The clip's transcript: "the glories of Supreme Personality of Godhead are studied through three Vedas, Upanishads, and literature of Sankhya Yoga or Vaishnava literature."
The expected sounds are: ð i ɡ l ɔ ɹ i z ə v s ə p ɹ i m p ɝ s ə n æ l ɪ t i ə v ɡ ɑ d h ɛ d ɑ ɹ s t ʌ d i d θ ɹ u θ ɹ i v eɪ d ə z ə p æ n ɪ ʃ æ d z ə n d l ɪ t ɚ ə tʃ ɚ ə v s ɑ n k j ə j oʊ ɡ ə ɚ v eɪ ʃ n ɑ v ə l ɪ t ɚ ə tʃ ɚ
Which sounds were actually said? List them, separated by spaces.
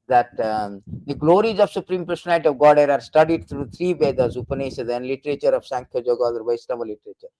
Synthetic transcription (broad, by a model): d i ɡ l ɔ ɹ i z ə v s ə p ɹ i m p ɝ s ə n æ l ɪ t i ə v ɡ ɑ d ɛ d ɑ ɹ s t ʌ d i d t ɹ u t ɹ i b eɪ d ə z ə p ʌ n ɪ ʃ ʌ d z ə n l ɪ t ɚ ə tʃ ɚ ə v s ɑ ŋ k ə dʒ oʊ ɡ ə ɚ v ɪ s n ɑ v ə l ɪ t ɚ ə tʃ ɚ